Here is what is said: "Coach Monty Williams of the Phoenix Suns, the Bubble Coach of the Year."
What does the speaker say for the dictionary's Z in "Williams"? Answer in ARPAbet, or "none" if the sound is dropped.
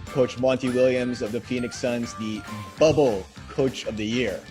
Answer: Z